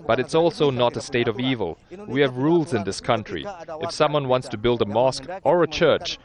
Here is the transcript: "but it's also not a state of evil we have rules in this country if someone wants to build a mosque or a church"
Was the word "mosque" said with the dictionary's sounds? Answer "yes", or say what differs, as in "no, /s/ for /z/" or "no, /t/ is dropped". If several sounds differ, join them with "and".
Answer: yes